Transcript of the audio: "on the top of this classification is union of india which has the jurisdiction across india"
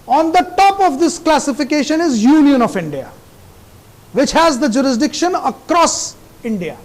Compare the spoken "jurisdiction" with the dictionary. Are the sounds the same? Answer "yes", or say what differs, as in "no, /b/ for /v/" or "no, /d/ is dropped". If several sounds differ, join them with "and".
yes